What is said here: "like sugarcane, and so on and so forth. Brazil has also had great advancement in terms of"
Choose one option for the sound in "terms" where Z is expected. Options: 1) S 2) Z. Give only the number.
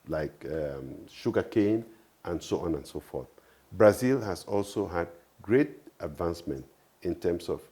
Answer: 1